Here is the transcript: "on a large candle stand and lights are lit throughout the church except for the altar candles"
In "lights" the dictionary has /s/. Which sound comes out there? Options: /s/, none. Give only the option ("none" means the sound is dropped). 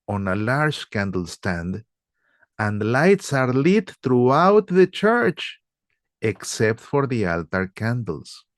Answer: /s/